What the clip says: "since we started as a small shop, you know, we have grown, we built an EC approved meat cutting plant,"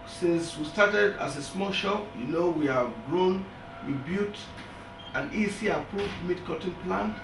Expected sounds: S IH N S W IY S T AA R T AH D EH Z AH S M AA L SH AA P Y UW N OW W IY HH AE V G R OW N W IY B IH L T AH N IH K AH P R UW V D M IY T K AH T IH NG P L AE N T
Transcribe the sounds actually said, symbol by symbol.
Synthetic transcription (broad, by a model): S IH N S W IY S T AA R T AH D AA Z AH S M AA L SH AA P Y UW N OW W IY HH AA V G R OW N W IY B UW T AH N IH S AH P R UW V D M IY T K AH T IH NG P L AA N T